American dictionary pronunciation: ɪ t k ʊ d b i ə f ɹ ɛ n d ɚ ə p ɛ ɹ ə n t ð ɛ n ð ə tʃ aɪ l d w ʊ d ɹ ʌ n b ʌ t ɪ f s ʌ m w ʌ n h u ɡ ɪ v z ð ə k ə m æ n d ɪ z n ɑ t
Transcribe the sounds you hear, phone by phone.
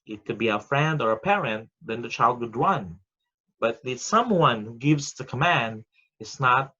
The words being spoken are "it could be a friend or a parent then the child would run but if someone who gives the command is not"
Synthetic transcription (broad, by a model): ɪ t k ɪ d b i ə f ɹ ɛ n d ɚ ə p ɛ ɹ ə n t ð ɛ n ð ə tʃ aɪ l d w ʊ d ɹ ʌ n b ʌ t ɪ s ʌ m w ʌ n h u ɡ ɪ v z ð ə k ə m æ n d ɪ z n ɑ t